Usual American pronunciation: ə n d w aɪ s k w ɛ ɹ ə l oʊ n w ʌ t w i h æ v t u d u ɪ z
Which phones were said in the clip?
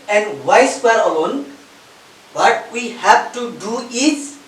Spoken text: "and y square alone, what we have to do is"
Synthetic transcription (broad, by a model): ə n d w aɪ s w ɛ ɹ ə l oʊ n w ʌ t w i h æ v t u d u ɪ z